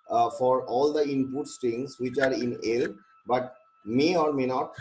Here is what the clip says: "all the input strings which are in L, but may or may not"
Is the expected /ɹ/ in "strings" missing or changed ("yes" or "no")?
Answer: yes